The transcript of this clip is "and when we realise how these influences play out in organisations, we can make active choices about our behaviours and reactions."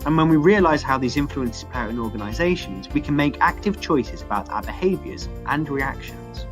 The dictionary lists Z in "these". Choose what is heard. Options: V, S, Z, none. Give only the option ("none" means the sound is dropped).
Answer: Z